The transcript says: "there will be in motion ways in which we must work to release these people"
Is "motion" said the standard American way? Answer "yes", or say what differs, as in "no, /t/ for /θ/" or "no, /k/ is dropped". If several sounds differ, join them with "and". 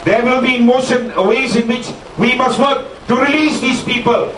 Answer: no, /s/ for /ʃ/